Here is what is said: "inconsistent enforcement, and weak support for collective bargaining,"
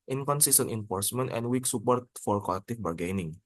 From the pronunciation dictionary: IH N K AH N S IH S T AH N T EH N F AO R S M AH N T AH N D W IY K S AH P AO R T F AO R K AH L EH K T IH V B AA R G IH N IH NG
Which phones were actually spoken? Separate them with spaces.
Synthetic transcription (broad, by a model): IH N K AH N S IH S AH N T EH N F AO R S M AH N T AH N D W IY K S AH P AO R T F AO R K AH L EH K T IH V B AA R G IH N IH NG